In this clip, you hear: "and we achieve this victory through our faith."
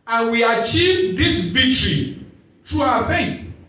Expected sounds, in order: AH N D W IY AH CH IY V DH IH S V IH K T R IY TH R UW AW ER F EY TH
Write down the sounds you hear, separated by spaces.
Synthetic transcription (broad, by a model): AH N W IY AH CH IY V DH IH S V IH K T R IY T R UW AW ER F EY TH